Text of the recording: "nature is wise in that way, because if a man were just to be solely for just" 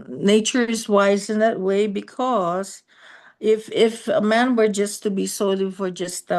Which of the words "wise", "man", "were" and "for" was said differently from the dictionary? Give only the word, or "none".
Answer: none